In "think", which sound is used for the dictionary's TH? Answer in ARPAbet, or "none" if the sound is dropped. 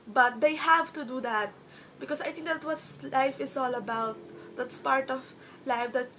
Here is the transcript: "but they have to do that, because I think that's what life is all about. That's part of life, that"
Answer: T